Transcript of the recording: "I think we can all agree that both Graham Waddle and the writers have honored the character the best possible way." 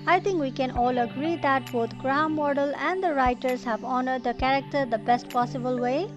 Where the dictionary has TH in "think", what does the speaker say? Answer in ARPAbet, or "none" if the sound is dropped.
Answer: T